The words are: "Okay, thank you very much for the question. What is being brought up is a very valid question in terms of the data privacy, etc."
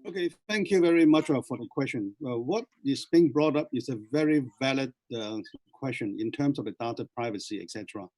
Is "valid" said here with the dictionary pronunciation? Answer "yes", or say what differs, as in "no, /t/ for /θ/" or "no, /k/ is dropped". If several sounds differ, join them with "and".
yes